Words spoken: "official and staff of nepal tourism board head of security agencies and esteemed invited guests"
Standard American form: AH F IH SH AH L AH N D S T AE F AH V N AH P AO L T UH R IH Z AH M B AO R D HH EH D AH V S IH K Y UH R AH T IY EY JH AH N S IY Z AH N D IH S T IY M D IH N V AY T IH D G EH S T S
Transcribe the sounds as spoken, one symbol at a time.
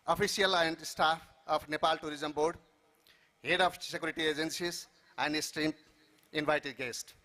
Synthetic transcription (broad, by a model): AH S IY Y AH L AH N D S T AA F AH P N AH P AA L T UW R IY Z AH M B AO R D HH EH D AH P S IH K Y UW R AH T IY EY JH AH N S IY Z AH N D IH S T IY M IH N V AY T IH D G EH S T